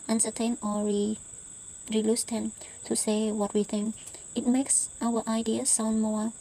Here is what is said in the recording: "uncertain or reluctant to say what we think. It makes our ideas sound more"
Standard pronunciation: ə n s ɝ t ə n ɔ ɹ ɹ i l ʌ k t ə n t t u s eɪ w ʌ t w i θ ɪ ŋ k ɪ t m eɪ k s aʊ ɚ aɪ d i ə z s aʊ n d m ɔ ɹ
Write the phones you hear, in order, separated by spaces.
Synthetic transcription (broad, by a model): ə n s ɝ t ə n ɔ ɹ ɹ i l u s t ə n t t u s eɪ w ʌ t w i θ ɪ ŋ k ɪ t m eɪ k s aʊ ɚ aɪ d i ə s aʊ n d m ɔ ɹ